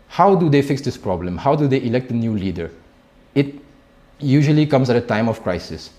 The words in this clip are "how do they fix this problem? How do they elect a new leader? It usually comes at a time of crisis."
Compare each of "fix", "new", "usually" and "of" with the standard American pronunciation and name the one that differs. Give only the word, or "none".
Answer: of